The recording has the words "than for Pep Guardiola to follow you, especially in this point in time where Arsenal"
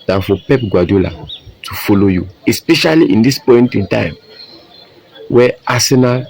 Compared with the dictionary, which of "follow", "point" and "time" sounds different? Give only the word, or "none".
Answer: none